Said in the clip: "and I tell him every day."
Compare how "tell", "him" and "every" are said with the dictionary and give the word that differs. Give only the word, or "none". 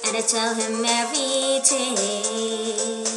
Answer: every